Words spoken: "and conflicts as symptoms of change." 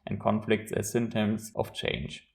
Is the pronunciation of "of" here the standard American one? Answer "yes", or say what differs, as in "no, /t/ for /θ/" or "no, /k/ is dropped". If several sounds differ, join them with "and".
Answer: no, /f/ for /v/